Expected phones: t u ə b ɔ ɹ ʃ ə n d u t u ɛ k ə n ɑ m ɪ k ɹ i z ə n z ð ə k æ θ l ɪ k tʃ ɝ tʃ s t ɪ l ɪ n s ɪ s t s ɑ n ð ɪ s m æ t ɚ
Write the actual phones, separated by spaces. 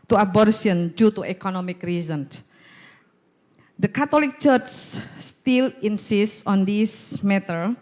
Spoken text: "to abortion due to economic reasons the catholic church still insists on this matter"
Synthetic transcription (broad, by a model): t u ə b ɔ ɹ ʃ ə n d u t u ɛ k ə n ɑ m ɪ k ɹ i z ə n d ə k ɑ t l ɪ k tʃ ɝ tʃ s t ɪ l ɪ n s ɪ s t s ɑ n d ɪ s m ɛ t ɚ